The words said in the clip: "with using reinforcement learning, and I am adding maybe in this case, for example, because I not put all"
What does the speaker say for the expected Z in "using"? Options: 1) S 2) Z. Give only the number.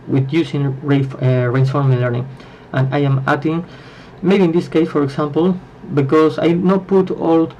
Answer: 1